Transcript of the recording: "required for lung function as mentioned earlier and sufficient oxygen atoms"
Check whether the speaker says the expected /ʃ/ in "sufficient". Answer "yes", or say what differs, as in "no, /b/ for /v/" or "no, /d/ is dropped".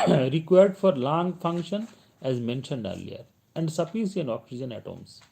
no, /s/ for /ʃ/